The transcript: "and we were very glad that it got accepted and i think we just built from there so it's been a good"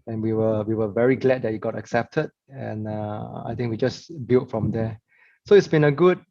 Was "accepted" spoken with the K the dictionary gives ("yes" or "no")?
yes